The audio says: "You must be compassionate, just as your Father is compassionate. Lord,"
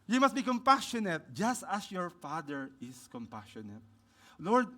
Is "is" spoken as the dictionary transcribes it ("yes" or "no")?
no